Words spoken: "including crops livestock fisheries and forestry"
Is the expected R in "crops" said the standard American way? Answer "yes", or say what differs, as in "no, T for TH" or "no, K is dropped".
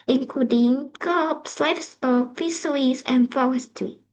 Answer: no, R is dropped